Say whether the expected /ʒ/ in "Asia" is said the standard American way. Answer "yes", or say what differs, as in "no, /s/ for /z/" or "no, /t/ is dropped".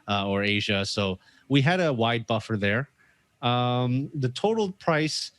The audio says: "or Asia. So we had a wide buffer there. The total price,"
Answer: yes